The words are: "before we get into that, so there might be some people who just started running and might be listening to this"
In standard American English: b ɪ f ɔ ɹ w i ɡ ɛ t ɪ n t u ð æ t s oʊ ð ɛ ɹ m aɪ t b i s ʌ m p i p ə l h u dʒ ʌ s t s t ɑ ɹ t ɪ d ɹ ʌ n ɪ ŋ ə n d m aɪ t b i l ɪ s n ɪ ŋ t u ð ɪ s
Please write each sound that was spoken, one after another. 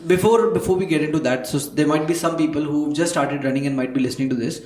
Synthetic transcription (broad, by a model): b ɪ f ɔ ɹ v i ɡ ɛ t ɪ n t u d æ t s oʊ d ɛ ɹ m aɪ t b i s ʌ m p i p ə l h u dʒ ʌ s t s t ɑ ɹ t ɪ d ɹ ʌ n ɪ ŋ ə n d m aɪ t b i l ɪ s n ɪ ŋ t u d ɪ s